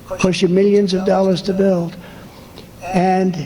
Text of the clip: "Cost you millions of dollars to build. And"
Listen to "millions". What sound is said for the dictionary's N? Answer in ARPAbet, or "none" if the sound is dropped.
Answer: N